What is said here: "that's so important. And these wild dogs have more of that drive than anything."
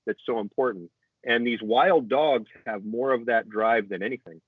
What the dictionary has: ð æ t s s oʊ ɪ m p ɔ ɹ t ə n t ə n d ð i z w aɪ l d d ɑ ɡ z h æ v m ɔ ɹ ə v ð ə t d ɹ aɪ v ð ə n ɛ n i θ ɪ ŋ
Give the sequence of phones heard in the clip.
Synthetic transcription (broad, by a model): ð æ t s s oʊ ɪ m p ɔ ɹ t n t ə n ð i z w aɪ l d d ɑ ɡ z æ v m ɔ ɹ ə v ð ə t d ɹ aɪ v ð ə n ɛ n i θ ɪ ŋ